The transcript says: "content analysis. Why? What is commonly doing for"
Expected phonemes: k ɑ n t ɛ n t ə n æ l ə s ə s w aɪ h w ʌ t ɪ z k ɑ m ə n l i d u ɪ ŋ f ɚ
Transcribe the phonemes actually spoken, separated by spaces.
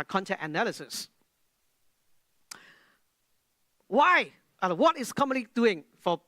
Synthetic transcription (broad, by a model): k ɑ n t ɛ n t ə n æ l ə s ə s w aɪ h w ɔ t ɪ s k ɑ m ə n l i d u ɪ ŋ f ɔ